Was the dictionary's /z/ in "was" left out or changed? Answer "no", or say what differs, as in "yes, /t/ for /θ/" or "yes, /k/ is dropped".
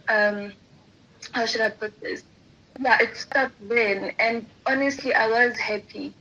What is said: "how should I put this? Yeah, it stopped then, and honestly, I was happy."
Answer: no